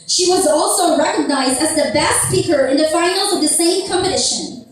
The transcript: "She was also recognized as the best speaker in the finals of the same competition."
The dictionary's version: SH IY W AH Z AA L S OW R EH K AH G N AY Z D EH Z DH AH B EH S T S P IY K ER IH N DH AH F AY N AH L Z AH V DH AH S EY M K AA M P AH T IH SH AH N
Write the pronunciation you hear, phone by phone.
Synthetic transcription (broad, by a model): SH IY W AH Z AA L S OW R EH K AH G N AY Z D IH Z DH AH B EH S T S P IY K ER IH N DH AH F AY N L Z AH V DH AH S EY M K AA M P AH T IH SH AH N